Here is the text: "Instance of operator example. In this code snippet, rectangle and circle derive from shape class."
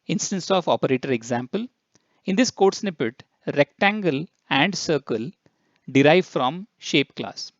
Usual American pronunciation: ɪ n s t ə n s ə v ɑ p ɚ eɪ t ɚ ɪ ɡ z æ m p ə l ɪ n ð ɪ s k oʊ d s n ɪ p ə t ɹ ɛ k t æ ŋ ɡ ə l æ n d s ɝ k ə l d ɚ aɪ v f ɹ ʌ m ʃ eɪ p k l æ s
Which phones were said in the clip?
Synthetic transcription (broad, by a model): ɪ n s t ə n s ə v ɑ p ɚ eɪ t ɚ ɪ ɡ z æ m p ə l ɪ n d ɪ s k oʊ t s n ɪ p ə t ɹ ɛ k t æ ŋ ɡ ə l æ n d s ɝ k ə l d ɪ aɪ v f ɹ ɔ m ʃ eɪ p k l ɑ s